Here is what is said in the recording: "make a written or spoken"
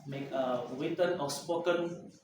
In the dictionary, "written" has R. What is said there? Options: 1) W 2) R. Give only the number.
1